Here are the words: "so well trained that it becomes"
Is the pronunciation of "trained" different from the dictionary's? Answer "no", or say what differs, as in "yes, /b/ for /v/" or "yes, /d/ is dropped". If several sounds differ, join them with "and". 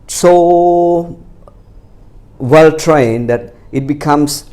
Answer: no